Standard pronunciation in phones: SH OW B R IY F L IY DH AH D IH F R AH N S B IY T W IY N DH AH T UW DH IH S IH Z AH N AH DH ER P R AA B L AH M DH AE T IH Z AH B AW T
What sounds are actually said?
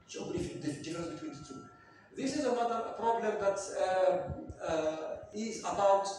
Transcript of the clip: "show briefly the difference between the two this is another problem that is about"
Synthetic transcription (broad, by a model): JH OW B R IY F IY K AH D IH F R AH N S B IY T W IY N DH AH T UW DH IH S IH Z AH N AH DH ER P R AA B L AH M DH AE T IH Z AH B AW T